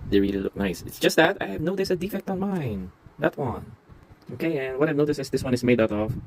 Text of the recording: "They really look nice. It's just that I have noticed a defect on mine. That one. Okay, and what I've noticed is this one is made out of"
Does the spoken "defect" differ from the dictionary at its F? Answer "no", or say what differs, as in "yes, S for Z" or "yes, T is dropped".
no